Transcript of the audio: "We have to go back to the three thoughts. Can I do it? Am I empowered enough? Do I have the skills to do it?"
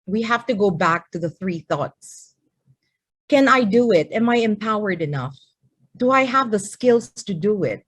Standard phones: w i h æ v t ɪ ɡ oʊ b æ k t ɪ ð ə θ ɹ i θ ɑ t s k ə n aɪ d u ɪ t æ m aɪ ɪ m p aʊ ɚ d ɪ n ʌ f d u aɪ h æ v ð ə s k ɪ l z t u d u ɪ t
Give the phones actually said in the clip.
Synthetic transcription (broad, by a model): w i h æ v t ɪ ɡ oʊ b æ k t ɪ ð ə θ ɹ i θ ɑ t s k ə n aɪ d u ɪ t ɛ m aɪ ɪ m p aʊ ɚ d ɪ n ʌ f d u aɪ h æ v ð ə s k ɪ l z t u d u ɪ t